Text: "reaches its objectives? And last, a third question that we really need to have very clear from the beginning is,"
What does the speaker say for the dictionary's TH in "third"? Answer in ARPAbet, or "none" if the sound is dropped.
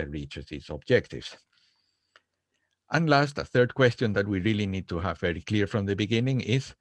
TH